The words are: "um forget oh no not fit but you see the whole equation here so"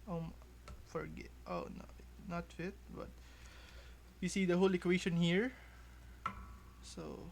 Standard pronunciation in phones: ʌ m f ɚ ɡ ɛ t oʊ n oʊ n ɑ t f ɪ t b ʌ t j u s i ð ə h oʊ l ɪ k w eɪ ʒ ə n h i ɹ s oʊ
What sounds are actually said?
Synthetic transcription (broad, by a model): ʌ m f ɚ ɡ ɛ t oʊ n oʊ n ɑ t f ɪ t b ʌ t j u s i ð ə h oʊ l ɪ k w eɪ ʃ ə n h i ɹ s oʊ